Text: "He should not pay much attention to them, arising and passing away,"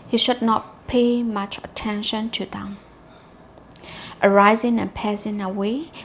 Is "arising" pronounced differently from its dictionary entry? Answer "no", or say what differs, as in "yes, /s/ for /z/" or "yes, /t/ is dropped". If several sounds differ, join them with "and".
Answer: no